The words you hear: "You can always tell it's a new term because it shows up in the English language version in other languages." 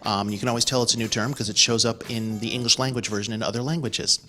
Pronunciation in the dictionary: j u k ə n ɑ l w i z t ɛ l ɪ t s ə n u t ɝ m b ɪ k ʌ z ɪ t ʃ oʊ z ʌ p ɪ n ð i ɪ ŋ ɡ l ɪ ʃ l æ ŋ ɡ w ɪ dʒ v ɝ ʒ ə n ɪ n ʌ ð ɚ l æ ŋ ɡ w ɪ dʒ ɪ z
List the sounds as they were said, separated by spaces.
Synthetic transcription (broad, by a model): j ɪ k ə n ɑ l w i z t ɛ l ɪ t s ə n u t ɝ m k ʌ z ɪ t ʃ oʊ z ʌ p ɪ n ð i ɪ ŋ ɡ l ɪ ʃ l æ ŋ ɡ w ɪ dʒ v ɝ ʒ ə n ɪ n ʌ ð ɚ l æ ŋ ɡ w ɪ dʒ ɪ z